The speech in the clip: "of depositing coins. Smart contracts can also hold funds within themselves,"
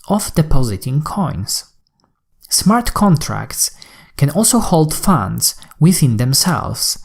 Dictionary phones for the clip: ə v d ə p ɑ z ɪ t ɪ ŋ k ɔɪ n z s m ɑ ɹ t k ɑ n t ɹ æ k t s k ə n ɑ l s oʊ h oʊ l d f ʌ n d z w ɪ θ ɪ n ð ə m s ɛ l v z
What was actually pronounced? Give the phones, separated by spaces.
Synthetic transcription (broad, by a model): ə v d ə p ɑ z ɪ t ɪ ŋ k ɔɪ n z s m ɑ ɹ t k ɑ n t ɹ æ k t s k ə n ɑ l s oʊ h oʊ l d f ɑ n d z w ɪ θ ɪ n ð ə m s ɛ l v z